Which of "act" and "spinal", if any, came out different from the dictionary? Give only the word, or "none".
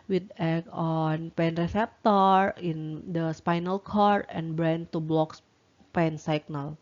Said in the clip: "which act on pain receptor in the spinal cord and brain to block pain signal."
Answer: act